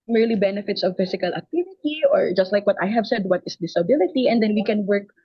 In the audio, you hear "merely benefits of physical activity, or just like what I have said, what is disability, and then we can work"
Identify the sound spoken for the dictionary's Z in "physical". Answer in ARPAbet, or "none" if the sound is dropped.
S